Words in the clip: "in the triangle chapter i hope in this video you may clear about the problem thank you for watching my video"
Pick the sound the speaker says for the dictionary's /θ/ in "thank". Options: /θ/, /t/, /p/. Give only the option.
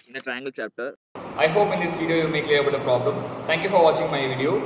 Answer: /t/